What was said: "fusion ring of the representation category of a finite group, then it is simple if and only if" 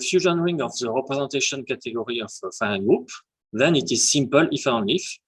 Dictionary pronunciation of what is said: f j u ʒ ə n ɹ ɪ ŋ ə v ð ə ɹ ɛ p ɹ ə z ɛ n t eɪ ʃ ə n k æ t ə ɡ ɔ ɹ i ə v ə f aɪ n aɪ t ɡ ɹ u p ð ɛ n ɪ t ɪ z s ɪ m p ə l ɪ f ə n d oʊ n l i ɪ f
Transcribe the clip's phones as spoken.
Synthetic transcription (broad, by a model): f j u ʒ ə n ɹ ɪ ŋ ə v ð ə ɹ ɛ p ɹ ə z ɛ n t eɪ ʃ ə n k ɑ t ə ɡ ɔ ɹ i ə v ə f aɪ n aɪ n ɡ ɹ u p ð ɛ n ɪ t ɪ z s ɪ m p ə l ɪ f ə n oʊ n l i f